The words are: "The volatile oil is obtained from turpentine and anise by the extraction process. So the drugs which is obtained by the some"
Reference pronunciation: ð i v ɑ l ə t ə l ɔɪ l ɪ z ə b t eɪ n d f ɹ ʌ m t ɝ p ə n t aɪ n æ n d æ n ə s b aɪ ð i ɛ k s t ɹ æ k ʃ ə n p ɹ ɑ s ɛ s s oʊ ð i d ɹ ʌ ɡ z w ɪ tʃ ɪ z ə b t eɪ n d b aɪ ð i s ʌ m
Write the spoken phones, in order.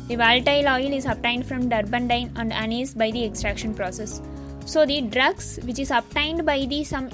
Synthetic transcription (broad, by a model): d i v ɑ l t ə l ɔɪ l ɪ z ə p t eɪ n d f ɹ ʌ m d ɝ b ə n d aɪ n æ n d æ n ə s b aɪ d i ɛ k s t ɹ æ k ʃ ə n p ɹ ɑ s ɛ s s oʊ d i d ɹ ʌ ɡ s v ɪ tʃ ɪ z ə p t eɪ n d b aɪ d i s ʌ m